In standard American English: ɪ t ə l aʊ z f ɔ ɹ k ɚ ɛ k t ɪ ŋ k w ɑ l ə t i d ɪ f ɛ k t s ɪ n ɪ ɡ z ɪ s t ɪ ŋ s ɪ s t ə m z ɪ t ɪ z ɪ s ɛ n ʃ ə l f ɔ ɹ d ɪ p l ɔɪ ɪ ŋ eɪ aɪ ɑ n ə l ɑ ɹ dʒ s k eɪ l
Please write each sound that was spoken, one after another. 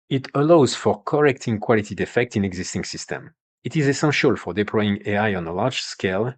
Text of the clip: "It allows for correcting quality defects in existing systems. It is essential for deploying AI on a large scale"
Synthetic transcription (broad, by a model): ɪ t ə l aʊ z f ɔ ɹ k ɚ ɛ k t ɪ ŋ k w ɑ l ə t i d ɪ f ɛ k t ɪ n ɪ ɡ z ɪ s t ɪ ŋ s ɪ s t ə m ɪ t ɪ z ɪ s ɛ n ʃ ə l f ɔ ɹ d ɪ p l ɔɪ ɪ ŋ eɪ aɪ ɑ n ə l ɑ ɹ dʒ s k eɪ l